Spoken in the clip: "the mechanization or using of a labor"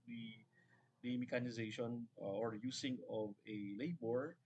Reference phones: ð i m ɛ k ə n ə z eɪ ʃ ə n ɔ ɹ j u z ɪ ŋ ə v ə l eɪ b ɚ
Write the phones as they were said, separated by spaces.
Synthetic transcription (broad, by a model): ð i m ɛ k ə n ə z eɪ ʃ ə n ɔ ɹ j u s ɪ ŋ ə v ə l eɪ b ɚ